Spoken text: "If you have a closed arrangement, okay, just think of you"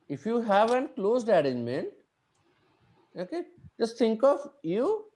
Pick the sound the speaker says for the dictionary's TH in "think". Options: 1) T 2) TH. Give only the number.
1